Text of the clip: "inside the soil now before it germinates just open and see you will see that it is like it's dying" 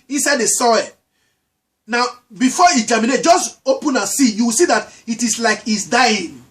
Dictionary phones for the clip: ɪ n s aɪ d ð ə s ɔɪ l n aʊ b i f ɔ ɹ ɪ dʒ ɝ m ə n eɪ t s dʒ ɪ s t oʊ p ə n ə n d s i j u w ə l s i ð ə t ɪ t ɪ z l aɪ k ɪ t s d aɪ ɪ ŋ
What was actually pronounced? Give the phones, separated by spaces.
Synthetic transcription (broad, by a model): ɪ n s aɪ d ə s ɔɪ w n aʊ b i f ɔ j ɪ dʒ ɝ m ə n eɪ t dʒ ɪ s t oʊ p ə n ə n s i j u w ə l s i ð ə t ɪ t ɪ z l aɪ k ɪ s d aɪ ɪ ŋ